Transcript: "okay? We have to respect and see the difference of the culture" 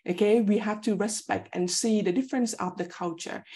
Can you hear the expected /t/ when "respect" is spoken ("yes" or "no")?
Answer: yes